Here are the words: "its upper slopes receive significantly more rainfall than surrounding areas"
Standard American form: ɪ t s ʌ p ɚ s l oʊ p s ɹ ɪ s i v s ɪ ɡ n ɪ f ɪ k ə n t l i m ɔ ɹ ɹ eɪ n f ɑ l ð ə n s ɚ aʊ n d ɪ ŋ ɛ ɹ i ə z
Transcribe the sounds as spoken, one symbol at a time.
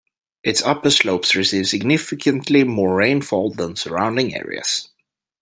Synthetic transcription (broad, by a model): ɪ t s ʌ p ɚ s l oʊ p s ɹ ɪ s i v s ɪ ɡ n ɪ f ɪ k ə n t l i m ɔ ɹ ɹ eɪ n f ɑ l ð ə n s ɚ aʊ n d ɪ ŋ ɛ ɹ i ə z